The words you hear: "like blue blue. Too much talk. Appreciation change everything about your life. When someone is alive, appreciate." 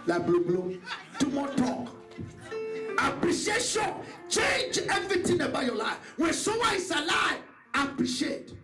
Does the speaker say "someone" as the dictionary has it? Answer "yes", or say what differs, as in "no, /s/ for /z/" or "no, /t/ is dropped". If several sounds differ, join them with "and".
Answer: no, /m/ is dropped and /n/ is dropped